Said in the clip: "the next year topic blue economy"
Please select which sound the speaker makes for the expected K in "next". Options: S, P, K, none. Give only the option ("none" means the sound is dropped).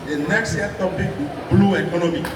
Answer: none